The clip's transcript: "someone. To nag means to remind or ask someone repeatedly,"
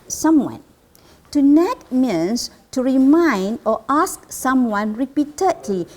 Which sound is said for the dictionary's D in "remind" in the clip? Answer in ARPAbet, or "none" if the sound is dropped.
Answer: D